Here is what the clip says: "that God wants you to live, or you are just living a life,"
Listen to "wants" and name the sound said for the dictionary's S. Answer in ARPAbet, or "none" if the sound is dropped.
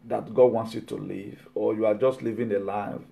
S